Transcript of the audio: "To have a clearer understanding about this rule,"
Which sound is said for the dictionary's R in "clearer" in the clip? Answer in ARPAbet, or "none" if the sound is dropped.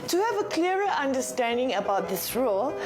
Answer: none